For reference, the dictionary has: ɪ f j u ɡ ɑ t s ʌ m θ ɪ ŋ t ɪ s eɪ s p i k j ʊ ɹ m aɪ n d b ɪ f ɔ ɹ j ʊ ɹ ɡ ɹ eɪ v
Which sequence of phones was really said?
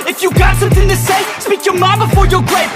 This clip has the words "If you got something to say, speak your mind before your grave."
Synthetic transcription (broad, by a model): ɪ f j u ɡ ɑ t s ʌ m θ ɪ ŋ t ɪ s eɪ s p i k j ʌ ɹ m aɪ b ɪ f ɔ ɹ j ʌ ɹ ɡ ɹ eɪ